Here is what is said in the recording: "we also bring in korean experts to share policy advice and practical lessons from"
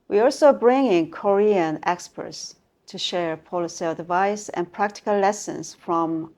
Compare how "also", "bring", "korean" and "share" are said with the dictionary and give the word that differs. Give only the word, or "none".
none